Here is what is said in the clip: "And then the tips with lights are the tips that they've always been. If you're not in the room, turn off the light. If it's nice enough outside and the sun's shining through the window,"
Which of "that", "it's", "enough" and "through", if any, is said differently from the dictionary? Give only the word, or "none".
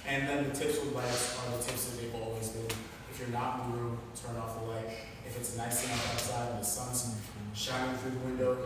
enough